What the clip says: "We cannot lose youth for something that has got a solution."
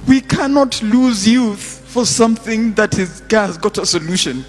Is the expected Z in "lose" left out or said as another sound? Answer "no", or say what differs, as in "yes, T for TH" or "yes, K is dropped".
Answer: no